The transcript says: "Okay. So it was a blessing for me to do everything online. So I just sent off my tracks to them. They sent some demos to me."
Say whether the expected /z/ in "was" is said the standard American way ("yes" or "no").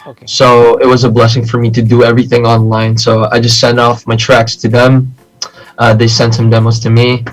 yes